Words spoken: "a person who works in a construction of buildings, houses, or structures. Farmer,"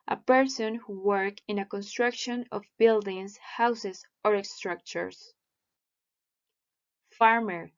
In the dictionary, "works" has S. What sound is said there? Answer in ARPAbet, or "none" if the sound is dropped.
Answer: none